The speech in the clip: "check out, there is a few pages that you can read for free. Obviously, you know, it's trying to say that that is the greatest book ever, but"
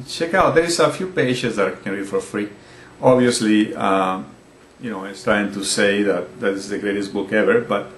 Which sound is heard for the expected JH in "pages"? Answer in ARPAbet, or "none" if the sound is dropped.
SH